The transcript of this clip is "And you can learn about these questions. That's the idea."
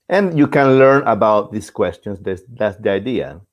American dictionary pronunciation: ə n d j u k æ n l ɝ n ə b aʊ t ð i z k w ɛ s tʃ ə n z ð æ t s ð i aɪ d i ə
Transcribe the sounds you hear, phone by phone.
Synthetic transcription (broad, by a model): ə n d j u k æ n l ɝ n ə b aʊ t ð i s k w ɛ s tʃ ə n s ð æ t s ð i aɪ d i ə